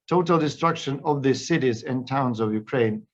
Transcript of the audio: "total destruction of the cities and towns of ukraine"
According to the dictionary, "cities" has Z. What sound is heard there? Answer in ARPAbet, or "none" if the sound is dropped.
Z